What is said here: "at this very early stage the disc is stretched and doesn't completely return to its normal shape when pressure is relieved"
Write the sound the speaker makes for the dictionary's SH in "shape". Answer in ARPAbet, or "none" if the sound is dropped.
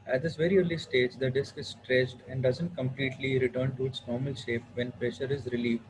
SH